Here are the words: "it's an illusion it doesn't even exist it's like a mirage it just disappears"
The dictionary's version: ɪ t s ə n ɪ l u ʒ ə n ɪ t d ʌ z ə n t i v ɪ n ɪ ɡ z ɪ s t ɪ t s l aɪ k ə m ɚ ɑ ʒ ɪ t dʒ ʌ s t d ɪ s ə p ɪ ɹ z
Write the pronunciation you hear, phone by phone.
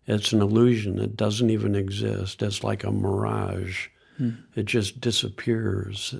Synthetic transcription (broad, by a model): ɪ t s n ɪ l u ʒ ə n ɪ t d ʌ z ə n t i v ɪ n ɪ ɡ z ɪ s t ɪ t s l aɪ k ə m ɚ ɑ ʒ ɪ t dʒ ʌ s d ɪ s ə p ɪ ɹ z